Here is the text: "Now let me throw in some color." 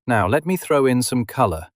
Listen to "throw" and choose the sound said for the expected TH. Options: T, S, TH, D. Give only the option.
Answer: TH